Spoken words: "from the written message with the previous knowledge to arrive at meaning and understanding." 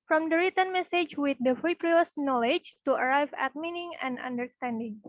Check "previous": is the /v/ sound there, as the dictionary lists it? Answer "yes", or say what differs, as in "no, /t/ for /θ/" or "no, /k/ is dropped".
no, /p/ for /v/